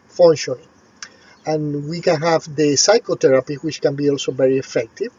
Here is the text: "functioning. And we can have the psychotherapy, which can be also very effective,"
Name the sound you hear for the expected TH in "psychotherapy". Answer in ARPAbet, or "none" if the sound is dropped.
T